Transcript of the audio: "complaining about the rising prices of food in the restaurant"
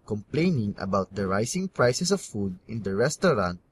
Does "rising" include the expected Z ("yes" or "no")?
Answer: no